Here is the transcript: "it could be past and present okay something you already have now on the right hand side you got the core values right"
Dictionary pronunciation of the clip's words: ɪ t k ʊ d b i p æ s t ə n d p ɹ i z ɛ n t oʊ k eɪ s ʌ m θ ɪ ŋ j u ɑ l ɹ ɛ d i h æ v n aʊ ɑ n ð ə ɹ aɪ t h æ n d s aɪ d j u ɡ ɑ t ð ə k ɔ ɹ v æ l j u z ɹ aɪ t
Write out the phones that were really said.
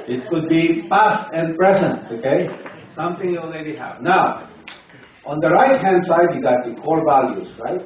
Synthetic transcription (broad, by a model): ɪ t k ʊ d b i p æ s t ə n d p ɹ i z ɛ n t oʊ k eɪ s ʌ m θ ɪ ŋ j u ɑ l ɹ ɛ d i h æ v n aʊ ɑ n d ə ɹ aɪ t h æ n d s aɪ d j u ɡ ɑ t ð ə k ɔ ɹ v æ l j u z ɹ aɪ t